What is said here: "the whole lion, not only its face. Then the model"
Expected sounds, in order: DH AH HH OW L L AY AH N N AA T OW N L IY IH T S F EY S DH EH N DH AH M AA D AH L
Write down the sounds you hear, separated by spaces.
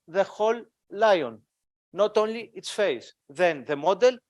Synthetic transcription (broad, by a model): DH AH HH OW L L AY AH N N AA T OW N L IY IH T S F EY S DH EH N DH AH M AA D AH L